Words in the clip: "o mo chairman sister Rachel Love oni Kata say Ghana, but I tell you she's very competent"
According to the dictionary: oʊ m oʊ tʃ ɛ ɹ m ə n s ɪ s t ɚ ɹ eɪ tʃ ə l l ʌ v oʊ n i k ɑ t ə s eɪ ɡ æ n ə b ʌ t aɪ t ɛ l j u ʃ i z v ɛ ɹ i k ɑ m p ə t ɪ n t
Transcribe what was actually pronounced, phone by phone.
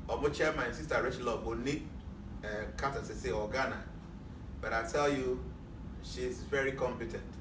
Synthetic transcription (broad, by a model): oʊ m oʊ tʃ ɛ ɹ m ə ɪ s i s t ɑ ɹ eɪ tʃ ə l l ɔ b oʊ n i k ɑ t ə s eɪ ɡ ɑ n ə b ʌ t aɪ t ɛ l j u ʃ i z v ɛ ɹ i k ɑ m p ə t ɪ n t